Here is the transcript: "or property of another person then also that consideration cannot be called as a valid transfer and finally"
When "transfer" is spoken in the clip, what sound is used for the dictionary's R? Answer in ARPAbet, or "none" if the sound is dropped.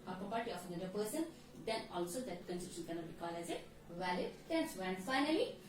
none